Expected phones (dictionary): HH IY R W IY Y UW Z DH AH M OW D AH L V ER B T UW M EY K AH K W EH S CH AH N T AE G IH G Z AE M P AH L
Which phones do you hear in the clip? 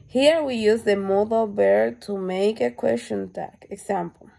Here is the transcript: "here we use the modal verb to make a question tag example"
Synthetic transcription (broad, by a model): HH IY R W IY Y UW Z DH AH M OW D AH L B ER T UW M EY K AH K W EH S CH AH N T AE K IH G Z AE M P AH L